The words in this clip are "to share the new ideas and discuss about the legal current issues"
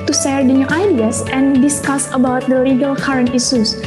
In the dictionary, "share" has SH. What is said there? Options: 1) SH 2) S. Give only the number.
2